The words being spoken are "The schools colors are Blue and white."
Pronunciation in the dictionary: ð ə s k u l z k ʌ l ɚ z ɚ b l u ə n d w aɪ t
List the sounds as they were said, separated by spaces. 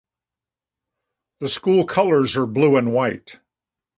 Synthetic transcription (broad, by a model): ð ə s k u l k ʌ l ɚ z ɚ b l u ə n w aɪ t